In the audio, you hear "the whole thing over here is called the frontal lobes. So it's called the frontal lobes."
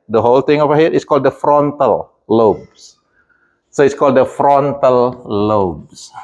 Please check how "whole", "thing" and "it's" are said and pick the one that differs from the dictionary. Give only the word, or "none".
thing